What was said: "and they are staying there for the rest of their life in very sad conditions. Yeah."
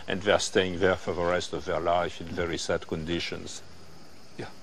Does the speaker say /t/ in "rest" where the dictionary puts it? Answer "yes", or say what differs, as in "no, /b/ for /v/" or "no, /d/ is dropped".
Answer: yes